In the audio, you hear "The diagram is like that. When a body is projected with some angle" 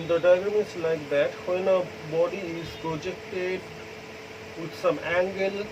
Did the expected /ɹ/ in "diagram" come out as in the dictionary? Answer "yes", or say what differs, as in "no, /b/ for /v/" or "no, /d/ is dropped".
no, /ɹ/ is dropped